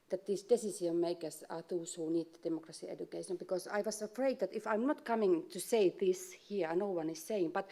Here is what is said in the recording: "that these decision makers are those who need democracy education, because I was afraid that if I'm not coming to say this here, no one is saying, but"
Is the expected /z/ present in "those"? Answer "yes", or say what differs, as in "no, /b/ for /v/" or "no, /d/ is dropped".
no, /s/ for /z/